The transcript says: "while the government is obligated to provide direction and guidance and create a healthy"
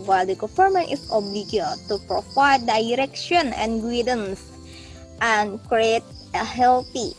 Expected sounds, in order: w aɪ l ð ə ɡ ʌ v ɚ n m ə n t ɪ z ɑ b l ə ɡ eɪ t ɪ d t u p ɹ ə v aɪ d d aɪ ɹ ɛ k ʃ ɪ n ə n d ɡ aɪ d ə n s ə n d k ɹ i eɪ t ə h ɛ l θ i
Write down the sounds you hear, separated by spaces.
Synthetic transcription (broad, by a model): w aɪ l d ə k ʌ f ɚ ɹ m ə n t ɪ s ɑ b l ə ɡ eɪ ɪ t u p ɹ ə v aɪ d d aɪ ɹ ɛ k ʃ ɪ n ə n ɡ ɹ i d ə n s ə n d k ɹ i eɪ t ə h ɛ l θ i